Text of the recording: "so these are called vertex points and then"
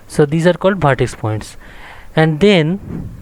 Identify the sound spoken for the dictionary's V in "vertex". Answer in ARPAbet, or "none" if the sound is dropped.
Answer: B